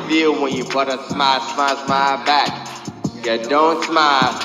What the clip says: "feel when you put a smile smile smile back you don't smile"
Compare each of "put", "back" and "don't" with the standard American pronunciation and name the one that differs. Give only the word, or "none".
put